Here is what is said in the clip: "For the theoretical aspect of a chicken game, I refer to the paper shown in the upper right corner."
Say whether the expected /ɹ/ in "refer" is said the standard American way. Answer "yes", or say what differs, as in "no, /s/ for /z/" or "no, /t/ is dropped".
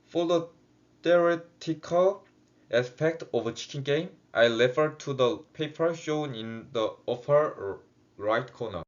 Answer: no, /l/ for /ɹ/